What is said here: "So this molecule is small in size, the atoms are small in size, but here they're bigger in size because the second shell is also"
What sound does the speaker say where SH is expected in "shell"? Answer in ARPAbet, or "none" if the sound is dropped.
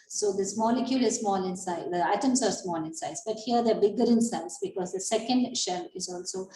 SH